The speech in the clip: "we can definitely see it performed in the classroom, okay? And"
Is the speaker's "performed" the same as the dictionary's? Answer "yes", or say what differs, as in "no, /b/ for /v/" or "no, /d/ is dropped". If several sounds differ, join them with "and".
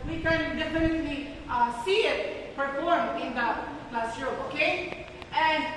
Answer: no, /d/ is dropped